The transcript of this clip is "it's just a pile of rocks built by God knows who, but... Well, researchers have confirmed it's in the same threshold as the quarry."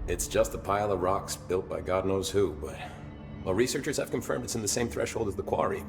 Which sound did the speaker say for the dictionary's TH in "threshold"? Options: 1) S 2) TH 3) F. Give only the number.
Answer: 2